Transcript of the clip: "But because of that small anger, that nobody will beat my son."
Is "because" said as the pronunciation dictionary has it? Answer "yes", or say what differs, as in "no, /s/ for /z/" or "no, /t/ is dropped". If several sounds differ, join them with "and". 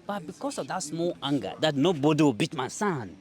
no, /s/ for /z/